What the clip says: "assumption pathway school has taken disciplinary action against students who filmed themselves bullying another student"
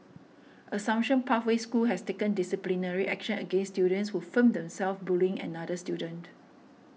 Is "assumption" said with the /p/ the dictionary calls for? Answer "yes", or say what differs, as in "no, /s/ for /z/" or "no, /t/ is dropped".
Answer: no, /p/ is dropped